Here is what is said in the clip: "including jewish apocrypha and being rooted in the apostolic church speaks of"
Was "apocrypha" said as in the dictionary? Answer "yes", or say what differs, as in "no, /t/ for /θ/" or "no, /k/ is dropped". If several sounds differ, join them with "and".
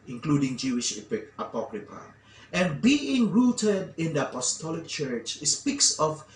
no, /p/ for /f/